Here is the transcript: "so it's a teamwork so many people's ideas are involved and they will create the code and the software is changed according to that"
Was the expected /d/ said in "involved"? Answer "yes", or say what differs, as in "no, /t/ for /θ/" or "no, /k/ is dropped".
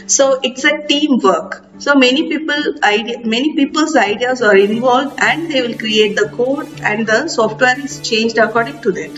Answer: yes